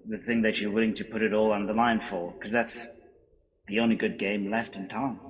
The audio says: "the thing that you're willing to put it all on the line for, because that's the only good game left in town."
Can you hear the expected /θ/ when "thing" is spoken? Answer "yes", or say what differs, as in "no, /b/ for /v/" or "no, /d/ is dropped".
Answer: yes